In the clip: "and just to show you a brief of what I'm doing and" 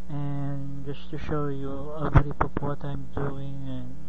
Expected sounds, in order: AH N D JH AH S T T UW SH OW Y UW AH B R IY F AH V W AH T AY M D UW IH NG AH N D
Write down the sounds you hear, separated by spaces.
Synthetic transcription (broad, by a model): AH N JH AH S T T UW SH OW Y UW AH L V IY P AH P W AH T AY M D UW IH NG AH N